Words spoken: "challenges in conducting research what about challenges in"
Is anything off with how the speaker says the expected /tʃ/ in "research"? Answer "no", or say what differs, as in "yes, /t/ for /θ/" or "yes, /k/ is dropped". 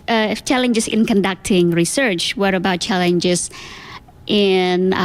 no